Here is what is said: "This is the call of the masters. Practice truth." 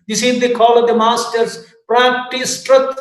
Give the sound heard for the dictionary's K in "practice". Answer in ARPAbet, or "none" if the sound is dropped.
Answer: K